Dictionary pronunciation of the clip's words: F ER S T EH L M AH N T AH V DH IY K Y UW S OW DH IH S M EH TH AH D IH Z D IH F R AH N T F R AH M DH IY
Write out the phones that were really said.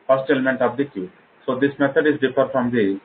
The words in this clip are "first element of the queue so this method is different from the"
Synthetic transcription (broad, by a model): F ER S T EH L M AH N T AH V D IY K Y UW S OW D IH S M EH T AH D IH Z D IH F AH T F R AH M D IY